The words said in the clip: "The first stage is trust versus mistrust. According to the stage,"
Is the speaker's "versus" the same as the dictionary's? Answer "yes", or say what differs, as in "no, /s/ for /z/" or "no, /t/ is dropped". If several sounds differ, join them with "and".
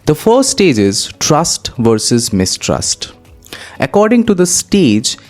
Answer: yes